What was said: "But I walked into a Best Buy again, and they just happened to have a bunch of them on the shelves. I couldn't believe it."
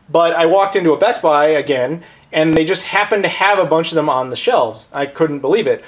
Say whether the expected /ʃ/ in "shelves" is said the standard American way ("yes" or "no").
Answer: yes